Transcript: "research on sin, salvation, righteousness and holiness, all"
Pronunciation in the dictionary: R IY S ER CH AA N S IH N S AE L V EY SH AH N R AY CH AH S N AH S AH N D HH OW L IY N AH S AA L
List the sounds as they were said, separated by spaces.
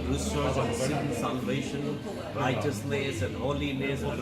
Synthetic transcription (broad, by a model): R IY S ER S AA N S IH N S AE L V EY SH AH N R AY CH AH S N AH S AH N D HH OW L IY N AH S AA